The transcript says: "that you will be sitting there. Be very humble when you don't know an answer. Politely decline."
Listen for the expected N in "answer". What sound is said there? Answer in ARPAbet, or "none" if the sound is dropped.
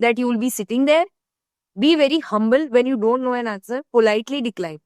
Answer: none